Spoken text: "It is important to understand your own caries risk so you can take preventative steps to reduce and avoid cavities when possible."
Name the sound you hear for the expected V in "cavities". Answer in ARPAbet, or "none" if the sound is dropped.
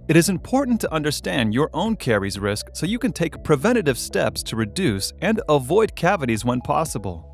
V